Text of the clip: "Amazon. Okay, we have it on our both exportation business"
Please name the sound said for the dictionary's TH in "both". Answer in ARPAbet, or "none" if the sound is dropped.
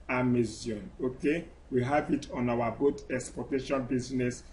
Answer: T